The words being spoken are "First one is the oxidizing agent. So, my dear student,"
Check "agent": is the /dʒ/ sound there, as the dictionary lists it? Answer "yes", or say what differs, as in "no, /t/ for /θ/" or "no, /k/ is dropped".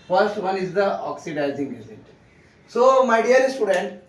no, /z/ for /dʒ/